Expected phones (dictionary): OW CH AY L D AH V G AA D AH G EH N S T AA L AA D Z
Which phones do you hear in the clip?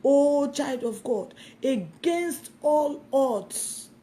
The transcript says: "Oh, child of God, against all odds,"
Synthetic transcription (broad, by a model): OW CH AY L D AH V G AA D AH G EH N S T AA L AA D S